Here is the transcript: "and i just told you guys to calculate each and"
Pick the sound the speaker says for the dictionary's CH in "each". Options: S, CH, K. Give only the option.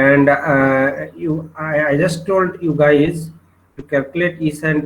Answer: S